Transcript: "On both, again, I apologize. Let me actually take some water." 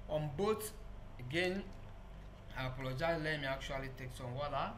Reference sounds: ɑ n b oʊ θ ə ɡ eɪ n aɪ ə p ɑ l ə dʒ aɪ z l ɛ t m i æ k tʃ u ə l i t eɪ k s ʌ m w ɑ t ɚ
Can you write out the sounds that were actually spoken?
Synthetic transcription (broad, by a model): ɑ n b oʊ t ə ɡ eɪ n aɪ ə p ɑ l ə dʒ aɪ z l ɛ m i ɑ k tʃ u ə l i t eɪ k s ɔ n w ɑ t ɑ